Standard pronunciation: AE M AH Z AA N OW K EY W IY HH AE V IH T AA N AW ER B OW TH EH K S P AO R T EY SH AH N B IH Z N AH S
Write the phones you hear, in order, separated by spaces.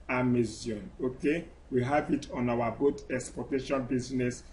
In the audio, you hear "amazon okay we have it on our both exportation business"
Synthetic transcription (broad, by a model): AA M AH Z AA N OW K EY W IY HH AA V IH T AA N AW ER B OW T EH K S P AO T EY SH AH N B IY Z N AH S